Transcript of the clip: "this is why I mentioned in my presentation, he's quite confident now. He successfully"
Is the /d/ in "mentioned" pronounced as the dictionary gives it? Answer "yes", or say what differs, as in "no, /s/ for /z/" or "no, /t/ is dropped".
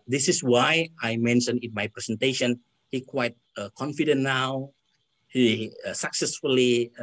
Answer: no, /d/ is dropped